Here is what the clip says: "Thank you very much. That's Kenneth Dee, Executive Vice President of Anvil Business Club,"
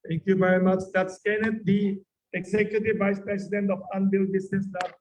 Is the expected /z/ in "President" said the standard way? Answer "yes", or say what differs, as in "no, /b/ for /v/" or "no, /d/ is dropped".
no, /s/ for /z/